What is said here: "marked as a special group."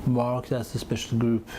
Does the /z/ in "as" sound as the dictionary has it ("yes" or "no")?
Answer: no